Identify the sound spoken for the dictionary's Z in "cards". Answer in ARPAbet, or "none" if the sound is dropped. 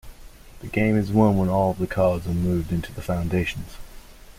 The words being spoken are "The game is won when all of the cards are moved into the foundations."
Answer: Z